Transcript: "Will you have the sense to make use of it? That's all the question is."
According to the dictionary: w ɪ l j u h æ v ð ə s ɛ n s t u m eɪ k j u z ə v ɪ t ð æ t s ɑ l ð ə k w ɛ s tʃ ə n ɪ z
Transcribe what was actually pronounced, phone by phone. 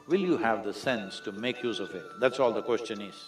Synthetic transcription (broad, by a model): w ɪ l j u h æ v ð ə s ɛ n s t u m eɪ k j u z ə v ɪ t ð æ t s ɑ l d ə k w ɛ s tʃ ə n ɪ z